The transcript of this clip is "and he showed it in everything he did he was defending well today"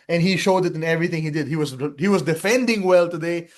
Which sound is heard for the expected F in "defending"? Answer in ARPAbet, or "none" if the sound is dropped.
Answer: F